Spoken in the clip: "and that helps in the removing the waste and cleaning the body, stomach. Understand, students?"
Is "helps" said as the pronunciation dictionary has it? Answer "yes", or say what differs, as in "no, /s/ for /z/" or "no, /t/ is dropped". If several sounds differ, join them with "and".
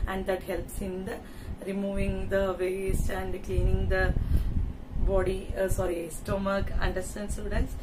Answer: yes